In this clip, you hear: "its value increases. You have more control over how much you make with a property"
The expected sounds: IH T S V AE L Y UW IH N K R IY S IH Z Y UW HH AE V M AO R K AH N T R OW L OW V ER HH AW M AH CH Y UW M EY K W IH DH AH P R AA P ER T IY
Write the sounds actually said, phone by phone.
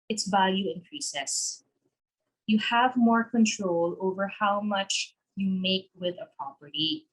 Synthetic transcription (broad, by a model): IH T S V AE L Y UW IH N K R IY S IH S Y UW HH AE V M AO R K AH N T R OW L OW V ER HH AW M AH CH Y UW M EY K W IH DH AH P R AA P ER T IY